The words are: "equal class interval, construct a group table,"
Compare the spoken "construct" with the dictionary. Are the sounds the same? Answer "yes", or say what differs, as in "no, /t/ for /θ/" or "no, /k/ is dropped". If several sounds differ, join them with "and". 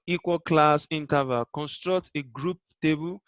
yes